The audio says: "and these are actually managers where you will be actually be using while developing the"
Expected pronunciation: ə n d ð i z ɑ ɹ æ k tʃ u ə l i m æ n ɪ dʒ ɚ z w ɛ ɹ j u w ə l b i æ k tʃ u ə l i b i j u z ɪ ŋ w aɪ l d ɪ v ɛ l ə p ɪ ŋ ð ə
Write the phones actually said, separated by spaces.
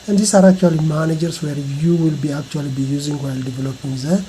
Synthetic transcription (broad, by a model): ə n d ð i s ɑ ɹ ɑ k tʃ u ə l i m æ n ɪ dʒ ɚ s w ɛ ɹ j u w ə l b i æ k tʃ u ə l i b i j u z ɪ ŋ w aɪ l d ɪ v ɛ l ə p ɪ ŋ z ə